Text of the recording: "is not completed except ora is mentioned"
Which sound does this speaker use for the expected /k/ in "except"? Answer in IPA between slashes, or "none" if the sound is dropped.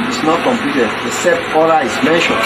none